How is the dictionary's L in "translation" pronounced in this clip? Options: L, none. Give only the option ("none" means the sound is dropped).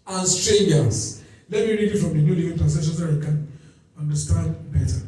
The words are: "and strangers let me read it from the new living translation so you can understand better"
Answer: none